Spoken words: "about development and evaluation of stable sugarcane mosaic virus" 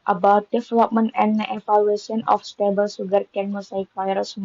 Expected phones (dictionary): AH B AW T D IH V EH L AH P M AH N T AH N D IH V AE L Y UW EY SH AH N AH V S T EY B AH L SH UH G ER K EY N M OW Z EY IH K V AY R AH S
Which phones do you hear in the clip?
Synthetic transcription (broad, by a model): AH B AW T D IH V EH L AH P M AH N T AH N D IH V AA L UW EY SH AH N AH F S T EY B AH L S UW G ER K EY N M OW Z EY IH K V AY R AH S